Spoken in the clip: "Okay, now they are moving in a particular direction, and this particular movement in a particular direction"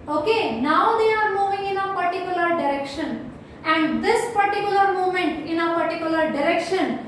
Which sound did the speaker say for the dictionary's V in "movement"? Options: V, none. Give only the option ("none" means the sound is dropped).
none